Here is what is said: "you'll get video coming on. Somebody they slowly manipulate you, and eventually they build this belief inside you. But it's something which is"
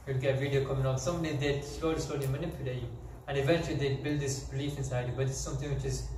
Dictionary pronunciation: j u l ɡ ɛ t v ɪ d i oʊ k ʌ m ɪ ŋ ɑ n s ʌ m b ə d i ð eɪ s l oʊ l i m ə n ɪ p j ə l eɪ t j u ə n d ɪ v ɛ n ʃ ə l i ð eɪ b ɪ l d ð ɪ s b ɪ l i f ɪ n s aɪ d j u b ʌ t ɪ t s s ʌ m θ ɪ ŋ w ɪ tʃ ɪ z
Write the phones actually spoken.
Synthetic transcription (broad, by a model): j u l ɡ ɛ t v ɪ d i oʊ k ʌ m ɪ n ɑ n s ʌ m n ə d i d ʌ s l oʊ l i m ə n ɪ p j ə l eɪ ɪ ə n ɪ v ɛ n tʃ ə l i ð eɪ b ɪ l d ð ɪ s b ɪ l i f ɪ n s aɪ d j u b ʌ t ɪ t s s ʌ m θ ɪ ŋ w ɪ tʃ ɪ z